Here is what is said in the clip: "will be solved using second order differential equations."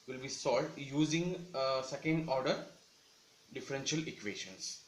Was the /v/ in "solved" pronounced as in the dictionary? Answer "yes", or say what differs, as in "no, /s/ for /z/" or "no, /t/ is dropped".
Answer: no, /v/ is dropped